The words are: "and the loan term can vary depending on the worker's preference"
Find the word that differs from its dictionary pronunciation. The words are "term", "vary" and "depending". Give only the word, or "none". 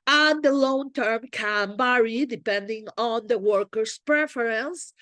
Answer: vary